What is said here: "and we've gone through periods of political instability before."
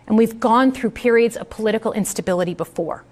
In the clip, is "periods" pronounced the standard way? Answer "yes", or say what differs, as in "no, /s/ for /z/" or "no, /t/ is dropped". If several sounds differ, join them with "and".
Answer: yes